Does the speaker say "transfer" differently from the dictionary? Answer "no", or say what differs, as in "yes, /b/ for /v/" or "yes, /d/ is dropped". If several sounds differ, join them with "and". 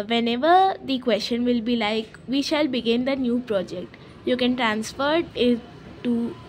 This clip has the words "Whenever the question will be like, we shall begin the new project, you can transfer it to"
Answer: no